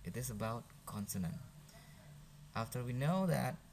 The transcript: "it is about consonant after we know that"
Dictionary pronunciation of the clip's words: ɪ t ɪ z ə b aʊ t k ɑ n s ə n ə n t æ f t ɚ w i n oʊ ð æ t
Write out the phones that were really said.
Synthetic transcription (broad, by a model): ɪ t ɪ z ə b aʊ t k ɑ n s ə n ə n t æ f t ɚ w i n oʊ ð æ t